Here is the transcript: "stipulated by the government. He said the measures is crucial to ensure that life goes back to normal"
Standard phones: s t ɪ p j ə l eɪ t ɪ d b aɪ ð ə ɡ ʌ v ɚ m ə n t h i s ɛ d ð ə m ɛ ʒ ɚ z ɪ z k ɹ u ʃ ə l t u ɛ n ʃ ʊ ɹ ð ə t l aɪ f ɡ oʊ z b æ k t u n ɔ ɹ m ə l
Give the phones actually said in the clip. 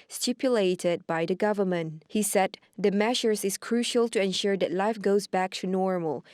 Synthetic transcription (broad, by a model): s t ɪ p j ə l eɪ t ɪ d b aɪ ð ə ɡ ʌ v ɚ m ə n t h i s ɛ d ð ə m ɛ ʃ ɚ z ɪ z k ɹ u ʃ ə l t u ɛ n ʃ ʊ ɹ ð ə t l aɪ f ɡ oʊ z b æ k t u n ɔ ɹ m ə l